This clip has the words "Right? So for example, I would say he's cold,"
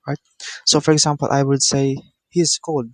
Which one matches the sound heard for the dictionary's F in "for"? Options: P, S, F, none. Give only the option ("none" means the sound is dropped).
F